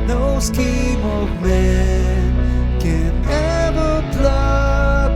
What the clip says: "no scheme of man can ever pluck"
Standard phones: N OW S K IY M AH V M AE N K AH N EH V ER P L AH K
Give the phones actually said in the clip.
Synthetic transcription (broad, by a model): N OW S K IY M AH V M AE N K AH N EH V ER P L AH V